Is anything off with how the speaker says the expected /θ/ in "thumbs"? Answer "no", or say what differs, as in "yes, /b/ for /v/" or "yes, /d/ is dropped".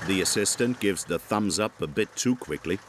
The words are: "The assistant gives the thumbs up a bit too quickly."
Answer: no